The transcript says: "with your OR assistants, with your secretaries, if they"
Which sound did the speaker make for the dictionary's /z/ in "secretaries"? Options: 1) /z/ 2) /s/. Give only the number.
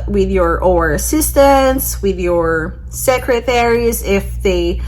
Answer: 1